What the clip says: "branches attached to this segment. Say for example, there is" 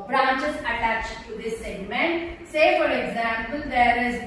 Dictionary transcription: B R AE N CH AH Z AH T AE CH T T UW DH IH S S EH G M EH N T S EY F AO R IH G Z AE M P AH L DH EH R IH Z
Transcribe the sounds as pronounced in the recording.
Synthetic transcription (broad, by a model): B R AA N CH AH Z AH T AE CH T T UW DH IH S S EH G M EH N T S EY F AO R IH G Z AE M P AH L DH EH R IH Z